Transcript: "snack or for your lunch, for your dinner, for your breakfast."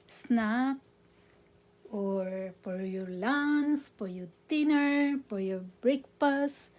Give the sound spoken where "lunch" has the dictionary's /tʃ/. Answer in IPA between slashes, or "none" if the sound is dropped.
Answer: /s/